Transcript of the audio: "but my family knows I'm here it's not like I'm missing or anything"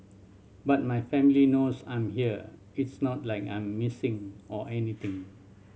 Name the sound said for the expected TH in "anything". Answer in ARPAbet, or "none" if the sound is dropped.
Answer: T